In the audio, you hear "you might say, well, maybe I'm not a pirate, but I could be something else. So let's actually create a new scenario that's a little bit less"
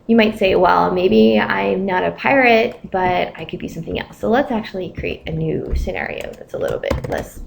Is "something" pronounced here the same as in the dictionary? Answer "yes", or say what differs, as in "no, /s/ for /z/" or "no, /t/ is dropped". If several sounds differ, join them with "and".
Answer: yes